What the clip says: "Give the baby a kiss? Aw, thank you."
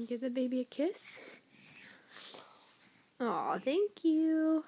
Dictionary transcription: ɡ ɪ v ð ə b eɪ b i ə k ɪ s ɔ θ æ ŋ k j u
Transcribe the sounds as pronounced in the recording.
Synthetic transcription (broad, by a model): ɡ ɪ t ð ə b eɪ b i ə k ɪ s ɔ θ æ ŋ k j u